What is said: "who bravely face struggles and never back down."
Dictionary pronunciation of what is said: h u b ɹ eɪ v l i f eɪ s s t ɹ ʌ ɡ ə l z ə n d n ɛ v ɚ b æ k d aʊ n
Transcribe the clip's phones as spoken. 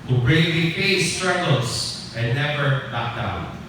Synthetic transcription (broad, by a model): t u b ɹ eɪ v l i p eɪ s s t ɹ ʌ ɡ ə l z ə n n ɛ v ɚ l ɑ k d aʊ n